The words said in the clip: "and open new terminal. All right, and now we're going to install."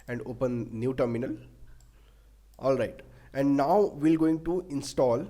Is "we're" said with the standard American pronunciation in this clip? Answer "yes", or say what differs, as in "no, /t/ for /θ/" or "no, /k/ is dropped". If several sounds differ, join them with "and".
no, /l/ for /ɹ/